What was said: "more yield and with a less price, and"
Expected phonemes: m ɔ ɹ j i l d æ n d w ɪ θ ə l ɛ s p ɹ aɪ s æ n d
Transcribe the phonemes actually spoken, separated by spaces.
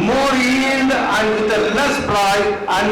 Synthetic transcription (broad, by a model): m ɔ ɹ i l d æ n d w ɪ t ə l ɛ s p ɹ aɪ æ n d